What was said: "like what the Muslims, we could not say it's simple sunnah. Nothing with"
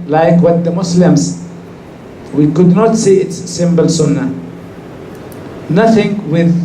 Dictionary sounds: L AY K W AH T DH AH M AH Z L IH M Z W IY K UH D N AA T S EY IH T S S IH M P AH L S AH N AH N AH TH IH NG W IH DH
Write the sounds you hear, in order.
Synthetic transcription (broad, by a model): L AY K W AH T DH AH M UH S L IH M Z W IY K UH D N AA T S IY IH T S S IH M B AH L S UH N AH N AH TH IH NG W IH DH